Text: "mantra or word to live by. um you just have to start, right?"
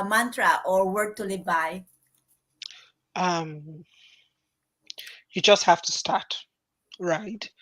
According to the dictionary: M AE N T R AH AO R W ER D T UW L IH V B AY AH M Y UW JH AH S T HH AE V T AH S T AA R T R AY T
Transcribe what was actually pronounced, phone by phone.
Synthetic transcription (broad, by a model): M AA N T R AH AO R W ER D T UW L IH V B AY AH M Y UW JH AH S T HH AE F T AH S T AA R T R AY T